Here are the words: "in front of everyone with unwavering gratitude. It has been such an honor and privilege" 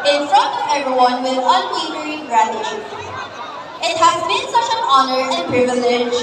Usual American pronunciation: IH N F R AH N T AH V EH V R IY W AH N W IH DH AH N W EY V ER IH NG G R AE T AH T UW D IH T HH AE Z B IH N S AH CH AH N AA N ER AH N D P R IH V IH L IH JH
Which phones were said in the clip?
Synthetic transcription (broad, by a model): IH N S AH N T EH V R IY W AH N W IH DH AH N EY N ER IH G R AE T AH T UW IH T HH AE Z B IH N S AH CH AH N AA N ER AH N P R IH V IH L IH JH